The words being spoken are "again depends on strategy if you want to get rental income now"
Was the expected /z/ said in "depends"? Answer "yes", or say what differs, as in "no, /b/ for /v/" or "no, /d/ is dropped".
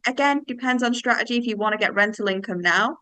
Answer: yes